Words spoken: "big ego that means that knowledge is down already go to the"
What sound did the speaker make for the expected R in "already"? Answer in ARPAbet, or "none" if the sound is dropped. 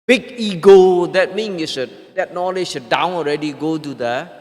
R